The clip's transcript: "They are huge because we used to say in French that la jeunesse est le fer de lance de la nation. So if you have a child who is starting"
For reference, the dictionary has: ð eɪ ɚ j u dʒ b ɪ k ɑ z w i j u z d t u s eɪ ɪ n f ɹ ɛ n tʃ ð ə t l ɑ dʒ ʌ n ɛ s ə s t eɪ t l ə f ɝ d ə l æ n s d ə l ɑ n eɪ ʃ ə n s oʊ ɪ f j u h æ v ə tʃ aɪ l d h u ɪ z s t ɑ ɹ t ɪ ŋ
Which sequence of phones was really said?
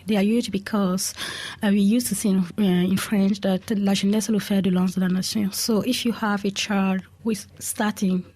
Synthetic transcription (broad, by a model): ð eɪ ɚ j u dʒ b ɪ k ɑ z w i j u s t u s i ɪ n f ɹ ɛ n tʃ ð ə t l ɑ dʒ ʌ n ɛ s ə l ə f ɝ d ə l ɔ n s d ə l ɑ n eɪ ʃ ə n s oʊ ɪ f j u h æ v ə tʃ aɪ d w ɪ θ s t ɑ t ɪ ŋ